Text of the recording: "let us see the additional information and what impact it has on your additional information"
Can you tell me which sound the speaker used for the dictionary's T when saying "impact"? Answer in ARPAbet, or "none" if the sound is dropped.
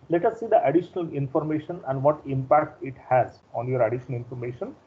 T